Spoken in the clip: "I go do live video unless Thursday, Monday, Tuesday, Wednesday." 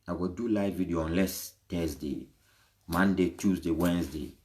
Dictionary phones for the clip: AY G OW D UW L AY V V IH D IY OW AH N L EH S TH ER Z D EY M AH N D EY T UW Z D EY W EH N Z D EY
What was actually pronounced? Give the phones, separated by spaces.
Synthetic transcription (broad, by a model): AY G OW D UW L AY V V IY D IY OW AH N L EH S T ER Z D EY M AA N D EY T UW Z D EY W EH N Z D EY